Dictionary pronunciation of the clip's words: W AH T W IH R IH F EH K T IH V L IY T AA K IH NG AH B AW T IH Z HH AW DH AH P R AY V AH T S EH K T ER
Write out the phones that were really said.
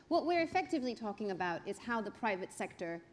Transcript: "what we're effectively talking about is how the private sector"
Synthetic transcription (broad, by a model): W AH T W IH R IH F EH K T IH V L IY T AA K IH NG AH B AW T IH Z HH AW DH AH P R AY V AH T S EH K T ER